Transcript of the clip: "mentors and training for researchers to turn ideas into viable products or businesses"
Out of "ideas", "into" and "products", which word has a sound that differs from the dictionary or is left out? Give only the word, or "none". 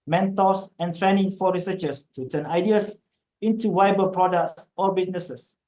ideas